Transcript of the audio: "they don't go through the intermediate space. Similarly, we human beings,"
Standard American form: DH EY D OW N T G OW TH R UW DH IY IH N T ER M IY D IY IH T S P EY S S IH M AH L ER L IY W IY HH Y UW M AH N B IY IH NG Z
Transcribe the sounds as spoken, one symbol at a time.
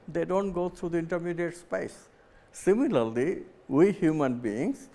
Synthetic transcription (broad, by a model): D EY D OW N T G OW T R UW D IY IH N T ER M IY D IY IH T S P EY S S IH M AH L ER L IY W IY HH Y UW M AH N B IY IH NG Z